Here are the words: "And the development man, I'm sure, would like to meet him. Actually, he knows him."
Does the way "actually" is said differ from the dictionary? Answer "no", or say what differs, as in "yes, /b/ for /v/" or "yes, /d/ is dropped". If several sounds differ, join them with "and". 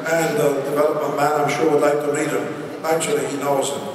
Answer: no